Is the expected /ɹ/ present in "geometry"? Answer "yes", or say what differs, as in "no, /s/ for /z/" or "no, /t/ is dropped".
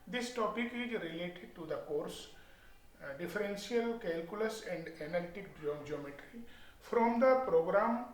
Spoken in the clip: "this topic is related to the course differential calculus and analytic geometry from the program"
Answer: yes